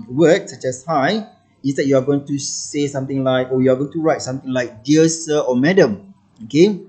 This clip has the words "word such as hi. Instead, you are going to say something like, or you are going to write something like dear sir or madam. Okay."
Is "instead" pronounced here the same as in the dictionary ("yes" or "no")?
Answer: no